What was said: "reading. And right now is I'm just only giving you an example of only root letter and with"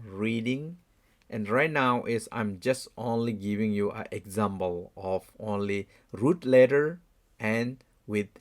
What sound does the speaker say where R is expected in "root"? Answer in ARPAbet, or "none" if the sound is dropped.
R